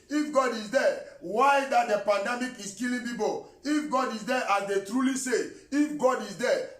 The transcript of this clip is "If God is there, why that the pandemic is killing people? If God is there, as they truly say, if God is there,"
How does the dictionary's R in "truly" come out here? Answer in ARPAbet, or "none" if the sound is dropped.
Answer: R